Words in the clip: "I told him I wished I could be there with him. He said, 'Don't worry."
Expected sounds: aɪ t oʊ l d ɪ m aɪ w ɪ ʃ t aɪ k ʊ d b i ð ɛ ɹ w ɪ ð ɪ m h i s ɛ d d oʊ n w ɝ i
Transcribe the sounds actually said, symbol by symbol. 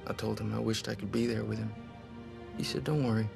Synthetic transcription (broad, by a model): aɪ t oʊ l d ɪ m aɪ w ɪ ʃ t aɪ k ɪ d b i ð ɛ ɹ w ɪ ð ɪ m h i s ɛ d d oʊ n w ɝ i